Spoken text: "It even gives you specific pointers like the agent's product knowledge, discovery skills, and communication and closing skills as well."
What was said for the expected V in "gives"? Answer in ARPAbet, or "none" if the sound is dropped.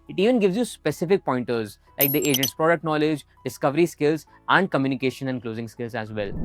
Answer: V